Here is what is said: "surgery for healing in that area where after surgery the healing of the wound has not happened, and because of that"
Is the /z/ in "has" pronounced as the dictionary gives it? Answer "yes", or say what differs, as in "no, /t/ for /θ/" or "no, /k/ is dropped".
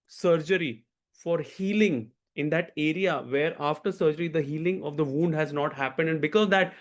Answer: yes